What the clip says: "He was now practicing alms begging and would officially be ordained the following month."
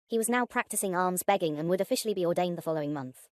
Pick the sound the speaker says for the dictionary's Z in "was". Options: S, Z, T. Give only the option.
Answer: Z